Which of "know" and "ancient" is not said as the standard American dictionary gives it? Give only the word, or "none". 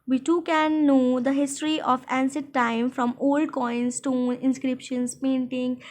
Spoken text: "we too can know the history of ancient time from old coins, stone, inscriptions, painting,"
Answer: ancient